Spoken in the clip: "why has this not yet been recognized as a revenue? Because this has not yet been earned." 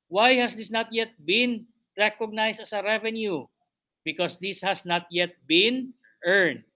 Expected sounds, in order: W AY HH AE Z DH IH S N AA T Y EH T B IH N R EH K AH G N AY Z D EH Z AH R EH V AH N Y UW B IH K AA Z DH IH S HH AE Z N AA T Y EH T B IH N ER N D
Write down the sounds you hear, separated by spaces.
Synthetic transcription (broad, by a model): W AY HH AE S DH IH S N AA T Y EH T B IH N R EH K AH G N AY S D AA S AH R EH V AH N Y UW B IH K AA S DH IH S HH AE S N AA T Y EH T B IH N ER N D